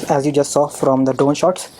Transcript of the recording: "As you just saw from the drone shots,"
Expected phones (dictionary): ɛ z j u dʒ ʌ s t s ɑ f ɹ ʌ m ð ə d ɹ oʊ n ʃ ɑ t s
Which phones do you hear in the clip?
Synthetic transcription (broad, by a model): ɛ z j u dʒ ʌ s t s ɑ f ɹ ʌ m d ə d oʊ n ʃ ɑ t s